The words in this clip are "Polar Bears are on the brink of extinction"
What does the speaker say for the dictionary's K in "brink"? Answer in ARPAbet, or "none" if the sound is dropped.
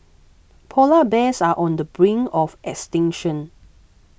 none